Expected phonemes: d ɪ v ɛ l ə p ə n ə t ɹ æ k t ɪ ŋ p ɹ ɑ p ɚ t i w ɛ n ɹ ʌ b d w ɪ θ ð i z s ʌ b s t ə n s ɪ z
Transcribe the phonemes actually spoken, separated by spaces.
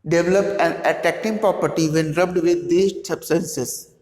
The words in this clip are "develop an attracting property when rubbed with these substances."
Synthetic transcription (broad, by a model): d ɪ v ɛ l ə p ə n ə t æ k t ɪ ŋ p ɹ ɑ p ɚ t i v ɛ n ɹ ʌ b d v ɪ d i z s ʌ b s t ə n s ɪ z